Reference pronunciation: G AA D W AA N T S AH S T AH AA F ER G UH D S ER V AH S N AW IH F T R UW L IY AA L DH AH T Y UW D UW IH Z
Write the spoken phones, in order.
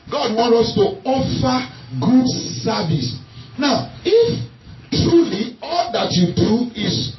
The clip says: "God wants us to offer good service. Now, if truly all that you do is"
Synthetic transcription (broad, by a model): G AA D W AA N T AO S T AH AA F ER G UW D S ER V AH S N AW IH F T R UW L IY AA L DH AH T Y UW D UW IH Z